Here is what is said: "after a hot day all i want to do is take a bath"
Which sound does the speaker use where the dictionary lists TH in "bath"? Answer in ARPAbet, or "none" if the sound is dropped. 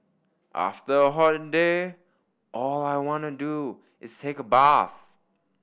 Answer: TH